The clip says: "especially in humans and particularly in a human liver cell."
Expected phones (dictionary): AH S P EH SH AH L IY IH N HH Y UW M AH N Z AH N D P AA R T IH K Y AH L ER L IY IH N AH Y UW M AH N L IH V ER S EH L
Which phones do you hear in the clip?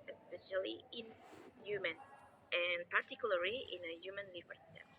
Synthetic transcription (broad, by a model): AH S P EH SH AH L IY IH N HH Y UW M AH N AH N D P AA R T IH K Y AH L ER L IY IH N AH Y UW M AH N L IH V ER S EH